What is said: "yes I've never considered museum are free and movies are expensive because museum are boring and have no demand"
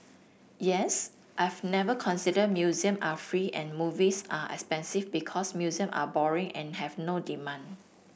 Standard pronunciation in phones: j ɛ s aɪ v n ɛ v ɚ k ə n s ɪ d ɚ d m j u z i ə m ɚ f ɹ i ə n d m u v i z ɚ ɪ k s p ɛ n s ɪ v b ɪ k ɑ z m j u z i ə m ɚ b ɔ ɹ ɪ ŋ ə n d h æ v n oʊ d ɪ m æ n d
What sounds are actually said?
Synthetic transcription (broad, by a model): j ɛ s aɪ v n ɛ v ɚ k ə n s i d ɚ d m j u z i ə m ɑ f ɹ i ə n m u v i s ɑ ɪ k s p ɛ n s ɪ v b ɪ k ɑ s m j u z i ə m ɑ b ɔ ɹ ɪ ŋ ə n h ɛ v n oʊ d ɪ m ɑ n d